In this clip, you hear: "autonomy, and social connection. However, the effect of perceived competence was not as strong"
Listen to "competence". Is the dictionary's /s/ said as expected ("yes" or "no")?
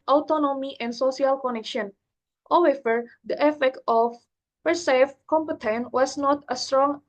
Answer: no